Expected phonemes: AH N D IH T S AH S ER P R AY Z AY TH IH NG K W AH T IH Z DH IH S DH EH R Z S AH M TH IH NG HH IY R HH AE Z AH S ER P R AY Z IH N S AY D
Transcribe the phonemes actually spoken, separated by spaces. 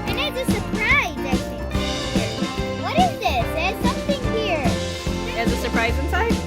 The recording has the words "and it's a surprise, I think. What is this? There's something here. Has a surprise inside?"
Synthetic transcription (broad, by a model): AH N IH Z AH S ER P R AY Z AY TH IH K W AH T IH Z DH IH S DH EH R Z S AH M TH IH NG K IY R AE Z AH S ER P R AY Z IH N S AY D